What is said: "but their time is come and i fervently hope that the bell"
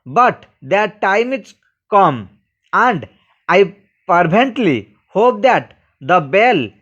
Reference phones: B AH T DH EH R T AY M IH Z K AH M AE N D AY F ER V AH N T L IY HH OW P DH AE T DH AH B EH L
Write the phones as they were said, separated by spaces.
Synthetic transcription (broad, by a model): B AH T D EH R T AY M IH S K AH M AE N D AY P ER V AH N T L IY HH OW P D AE T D AH B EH L